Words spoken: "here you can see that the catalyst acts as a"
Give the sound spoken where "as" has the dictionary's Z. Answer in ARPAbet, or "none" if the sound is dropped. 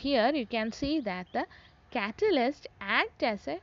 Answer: S